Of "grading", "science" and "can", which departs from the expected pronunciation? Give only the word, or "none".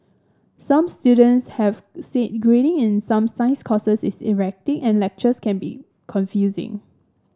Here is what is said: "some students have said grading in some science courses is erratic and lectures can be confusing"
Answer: science